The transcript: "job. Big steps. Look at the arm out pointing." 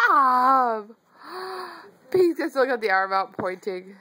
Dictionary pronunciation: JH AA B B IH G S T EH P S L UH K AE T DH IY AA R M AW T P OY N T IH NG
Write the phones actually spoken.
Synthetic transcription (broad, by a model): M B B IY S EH S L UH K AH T DH IY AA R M AW T P OY N T IH NG